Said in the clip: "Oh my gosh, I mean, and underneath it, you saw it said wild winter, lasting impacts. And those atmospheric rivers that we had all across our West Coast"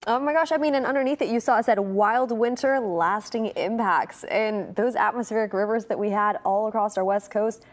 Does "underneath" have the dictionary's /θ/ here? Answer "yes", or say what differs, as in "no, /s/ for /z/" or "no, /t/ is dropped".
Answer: yes